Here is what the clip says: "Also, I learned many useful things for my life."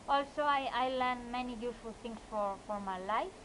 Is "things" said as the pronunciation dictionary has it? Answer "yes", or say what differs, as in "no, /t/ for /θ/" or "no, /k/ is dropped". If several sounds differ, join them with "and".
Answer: no, /t/ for /θ/